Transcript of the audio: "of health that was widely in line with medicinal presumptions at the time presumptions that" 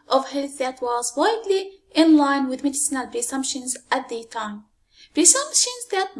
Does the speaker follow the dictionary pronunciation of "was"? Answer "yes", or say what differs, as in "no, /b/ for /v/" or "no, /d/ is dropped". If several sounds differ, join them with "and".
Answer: yes